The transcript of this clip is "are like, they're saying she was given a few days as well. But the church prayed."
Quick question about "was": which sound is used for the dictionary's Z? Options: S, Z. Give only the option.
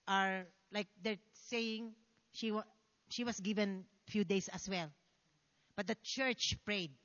S